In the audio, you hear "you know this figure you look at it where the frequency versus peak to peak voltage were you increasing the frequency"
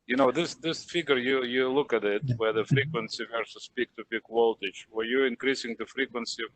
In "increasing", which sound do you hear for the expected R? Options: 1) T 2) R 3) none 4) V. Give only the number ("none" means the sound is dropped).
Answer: 2